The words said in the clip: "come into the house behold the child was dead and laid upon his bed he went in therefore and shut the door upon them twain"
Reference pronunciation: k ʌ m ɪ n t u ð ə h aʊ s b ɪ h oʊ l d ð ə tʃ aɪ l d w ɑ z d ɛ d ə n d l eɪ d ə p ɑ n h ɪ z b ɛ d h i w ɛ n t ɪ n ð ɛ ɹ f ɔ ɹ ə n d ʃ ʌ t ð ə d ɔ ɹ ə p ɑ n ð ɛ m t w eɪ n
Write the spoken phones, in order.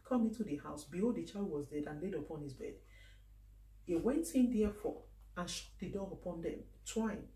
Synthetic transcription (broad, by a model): k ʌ m ɪ n t u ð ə h aʊ s b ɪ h oʊ d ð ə tʃ aɪ l d w ɑ z d ɛ d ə n l eɪ d ə p ɑ n h ɪ z b ɛ d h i w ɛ n t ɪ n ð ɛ f ɔ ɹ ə n ʃ ʌ t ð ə d ɔ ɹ ə p ɑ n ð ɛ m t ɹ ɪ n